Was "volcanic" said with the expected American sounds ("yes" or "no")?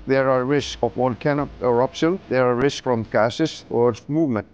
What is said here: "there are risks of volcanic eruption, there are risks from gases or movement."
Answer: no